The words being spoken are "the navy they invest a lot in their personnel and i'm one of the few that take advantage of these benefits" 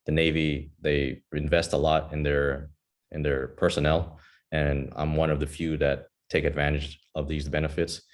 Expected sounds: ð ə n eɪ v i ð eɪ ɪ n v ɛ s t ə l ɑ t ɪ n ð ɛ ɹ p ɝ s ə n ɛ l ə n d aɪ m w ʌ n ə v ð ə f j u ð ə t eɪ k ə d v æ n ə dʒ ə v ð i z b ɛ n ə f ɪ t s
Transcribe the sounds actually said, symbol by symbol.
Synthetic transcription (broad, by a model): ð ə n eɪ v i ð eɪ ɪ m v ɛ s t ə l ɑ t ɪ n ð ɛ ɹ p ɝ s ə n ɛ l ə n aɪ m w ʌ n ə v ð ə f j u ð ə t eɪ k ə d v æ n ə dʒ ə v ð i z b ɛ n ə f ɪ t s